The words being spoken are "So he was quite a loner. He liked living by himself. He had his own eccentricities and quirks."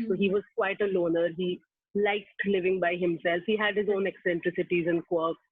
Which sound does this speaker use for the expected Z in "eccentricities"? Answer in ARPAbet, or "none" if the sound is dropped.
Z